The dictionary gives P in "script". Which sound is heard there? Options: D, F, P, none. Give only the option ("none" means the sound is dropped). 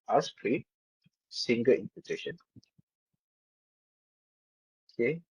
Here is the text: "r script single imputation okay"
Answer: none